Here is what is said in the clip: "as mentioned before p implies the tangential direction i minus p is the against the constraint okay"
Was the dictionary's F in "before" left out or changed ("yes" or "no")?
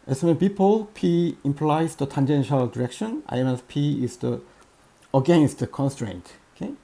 yes